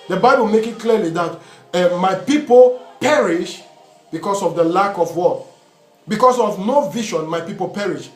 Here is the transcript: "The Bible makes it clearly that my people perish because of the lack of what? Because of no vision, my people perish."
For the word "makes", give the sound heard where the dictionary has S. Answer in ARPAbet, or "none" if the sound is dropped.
none